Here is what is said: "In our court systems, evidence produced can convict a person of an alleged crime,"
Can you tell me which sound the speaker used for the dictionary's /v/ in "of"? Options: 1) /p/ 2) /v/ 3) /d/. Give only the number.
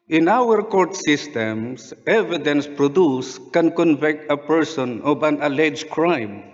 1